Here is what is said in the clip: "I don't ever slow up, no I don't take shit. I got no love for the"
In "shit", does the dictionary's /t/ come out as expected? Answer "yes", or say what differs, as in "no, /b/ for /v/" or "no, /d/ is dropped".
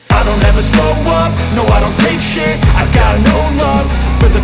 no, /t/ is dropped